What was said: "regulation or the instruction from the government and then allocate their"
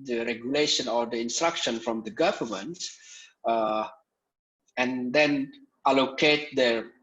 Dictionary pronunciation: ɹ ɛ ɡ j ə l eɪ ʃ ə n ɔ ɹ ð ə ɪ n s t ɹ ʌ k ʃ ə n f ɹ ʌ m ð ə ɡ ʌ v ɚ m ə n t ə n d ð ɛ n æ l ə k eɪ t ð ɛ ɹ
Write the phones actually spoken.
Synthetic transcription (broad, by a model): ɹ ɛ ɡ j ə l eɪ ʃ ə n ɔ ɹ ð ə ɪ n s t ɹ ʌ k ʃ ə n f ɹ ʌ m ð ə ɡ ʌ v ɚ m ə n t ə n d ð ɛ n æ l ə k eɪ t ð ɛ